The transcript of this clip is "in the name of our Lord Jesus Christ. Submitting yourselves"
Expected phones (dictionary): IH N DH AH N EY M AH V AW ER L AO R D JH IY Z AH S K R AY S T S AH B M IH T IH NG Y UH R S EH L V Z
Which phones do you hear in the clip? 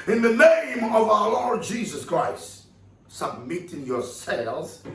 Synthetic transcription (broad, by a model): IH N DH AH N EY M AH V AW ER L AO R D JH IY Z AH S K R AY S T S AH B M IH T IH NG Y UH R S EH L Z